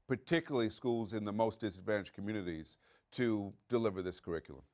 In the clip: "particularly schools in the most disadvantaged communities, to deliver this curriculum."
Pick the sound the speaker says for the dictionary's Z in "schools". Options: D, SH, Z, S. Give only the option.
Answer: Z